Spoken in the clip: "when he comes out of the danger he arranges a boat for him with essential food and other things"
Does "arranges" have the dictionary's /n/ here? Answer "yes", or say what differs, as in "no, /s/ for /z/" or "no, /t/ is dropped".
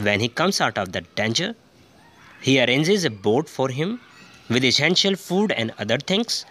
yes